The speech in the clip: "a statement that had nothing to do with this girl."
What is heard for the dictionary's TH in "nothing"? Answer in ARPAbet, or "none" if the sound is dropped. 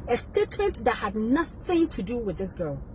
TH